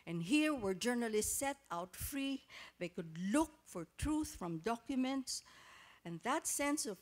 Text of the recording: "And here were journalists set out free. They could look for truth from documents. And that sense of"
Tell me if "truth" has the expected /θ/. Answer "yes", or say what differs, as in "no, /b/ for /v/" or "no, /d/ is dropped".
yes